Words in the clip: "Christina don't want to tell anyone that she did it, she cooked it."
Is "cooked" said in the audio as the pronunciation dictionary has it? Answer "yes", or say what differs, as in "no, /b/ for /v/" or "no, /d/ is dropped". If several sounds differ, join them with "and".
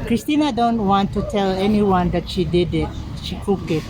no, /t/ is dropped